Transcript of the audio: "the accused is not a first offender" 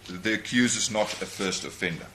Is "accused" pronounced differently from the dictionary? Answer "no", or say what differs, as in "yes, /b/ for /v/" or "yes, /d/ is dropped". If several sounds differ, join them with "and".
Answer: yes, /d/ is dropped